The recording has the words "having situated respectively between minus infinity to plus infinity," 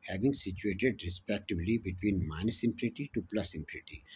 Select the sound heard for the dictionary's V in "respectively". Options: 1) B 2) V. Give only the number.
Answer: 1